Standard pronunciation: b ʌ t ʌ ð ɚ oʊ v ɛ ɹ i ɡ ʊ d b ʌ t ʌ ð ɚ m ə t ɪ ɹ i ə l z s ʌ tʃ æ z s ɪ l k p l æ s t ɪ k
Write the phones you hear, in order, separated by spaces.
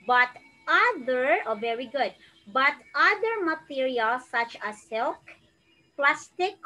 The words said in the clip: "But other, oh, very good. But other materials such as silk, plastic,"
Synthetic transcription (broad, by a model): b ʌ t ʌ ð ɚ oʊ v ɛ ɹ i ɡ ʊ d b ʌ t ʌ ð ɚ m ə t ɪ ɹ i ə l s ʌ tʃ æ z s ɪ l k p l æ s t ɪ k